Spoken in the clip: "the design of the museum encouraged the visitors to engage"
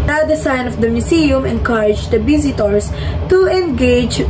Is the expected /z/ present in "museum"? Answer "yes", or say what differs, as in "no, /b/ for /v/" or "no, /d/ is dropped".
no, /s/ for /z/